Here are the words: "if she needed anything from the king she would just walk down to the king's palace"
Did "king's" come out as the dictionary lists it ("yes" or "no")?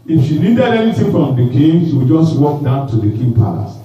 no